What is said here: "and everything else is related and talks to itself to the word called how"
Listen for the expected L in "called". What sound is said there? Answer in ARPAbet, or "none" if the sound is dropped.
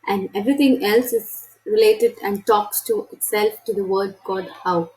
none